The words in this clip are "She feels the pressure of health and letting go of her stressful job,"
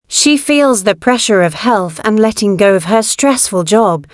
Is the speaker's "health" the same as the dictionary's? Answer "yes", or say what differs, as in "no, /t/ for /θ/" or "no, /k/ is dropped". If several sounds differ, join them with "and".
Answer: yes